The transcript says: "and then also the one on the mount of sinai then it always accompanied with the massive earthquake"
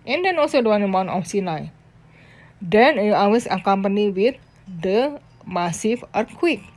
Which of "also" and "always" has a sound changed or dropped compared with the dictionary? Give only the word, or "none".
always